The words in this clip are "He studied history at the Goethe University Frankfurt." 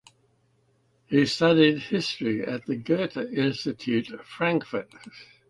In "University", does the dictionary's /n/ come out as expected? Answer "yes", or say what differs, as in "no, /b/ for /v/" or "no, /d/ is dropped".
no, /n/ is dropped